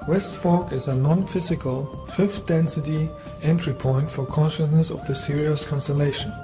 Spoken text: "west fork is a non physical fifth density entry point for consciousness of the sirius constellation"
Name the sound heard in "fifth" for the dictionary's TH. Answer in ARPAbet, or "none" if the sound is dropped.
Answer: F